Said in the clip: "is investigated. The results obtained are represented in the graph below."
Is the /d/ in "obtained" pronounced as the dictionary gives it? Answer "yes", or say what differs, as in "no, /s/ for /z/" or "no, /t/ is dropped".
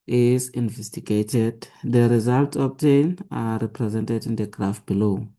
no, /d/ is dropped